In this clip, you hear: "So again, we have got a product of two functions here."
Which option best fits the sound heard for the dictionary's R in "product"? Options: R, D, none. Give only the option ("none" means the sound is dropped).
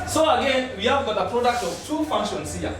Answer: R